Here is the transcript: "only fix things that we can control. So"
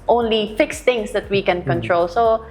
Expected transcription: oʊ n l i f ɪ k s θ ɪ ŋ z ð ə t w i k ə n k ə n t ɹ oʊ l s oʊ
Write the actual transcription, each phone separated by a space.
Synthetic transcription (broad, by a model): oʊ n l i f ɪ k s t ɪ ŋ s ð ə t w i k ə n k ə n t ɹ oʊ l s oʊ